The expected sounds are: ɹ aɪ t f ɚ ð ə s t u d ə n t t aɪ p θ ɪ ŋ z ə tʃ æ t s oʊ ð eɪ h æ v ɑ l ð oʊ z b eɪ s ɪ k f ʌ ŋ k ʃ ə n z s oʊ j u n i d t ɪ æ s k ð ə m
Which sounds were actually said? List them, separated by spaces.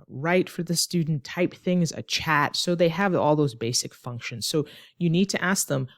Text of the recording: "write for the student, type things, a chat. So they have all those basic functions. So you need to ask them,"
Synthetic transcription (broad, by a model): ɹ aɪ t f ɚ ð ə s t u d n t t aɪ p θ ɪ ŋ z ə tʃ æ t s oʊ ð eɪ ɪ v ɑ l ð oʊ z b eɪ s ɪ k f ʌ ŋ k ʃ ə n z s oʊ j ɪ n i d t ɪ æ s k ð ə m